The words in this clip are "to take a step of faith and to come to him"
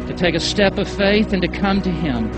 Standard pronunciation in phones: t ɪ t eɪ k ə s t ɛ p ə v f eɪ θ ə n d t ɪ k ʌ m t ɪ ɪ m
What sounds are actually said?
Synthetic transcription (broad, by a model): t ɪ t eɪ k ə s t ɛ p ə v f eɪ θ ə n t ɪ k ʌ m t ɪ ɪ m